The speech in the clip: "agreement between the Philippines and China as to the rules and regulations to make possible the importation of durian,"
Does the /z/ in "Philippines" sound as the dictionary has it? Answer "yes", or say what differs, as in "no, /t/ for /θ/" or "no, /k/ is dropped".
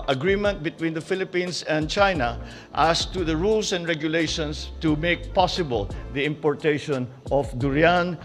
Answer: no, /s/ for /z/